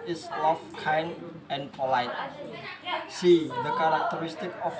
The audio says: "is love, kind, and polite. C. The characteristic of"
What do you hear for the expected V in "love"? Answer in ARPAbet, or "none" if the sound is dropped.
F